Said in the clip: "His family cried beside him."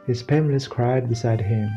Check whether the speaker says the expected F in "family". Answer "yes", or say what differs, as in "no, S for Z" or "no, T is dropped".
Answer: no, P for F